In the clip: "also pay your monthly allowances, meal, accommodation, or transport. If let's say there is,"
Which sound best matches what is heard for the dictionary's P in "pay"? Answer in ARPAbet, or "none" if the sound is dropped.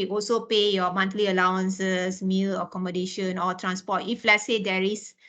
P